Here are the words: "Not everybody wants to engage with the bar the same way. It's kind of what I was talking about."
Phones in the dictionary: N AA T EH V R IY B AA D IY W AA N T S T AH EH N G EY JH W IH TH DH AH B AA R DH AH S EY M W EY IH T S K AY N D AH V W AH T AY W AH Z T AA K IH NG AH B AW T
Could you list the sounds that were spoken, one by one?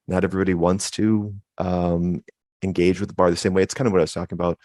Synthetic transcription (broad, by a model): N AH T EH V R IY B AA D IY W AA N T S T AH EH N G EY JH W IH DH AH B AA R DH AH S EY M W EY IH T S K AY N D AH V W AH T AY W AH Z T AA K IH NG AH B AW T